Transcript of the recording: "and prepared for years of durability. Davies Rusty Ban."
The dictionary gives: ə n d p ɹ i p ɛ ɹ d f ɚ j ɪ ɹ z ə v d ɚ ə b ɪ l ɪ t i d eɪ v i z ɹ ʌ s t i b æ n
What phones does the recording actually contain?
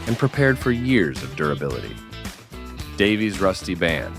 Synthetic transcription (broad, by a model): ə n p ɹ i p ɛ ɹ d f ɚ j ɪ ɹ z ə v d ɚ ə b ɪ l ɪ t i d eɪ v i z ɹ ʌ s t i b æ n